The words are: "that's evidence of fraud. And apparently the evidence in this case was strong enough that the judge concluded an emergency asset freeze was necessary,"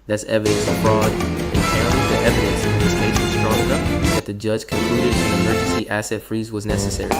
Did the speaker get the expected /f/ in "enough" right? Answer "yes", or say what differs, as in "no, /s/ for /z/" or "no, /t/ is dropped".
no, /p/ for /f/